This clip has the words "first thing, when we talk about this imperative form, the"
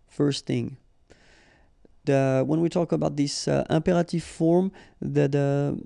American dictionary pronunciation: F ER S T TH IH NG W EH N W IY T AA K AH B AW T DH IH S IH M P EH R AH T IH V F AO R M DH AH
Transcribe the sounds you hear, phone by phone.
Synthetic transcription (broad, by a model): F ER S T TH IH NG W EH N W IY T AA K AH B AW T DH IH S IH M P EH R AH T IH V F AO R M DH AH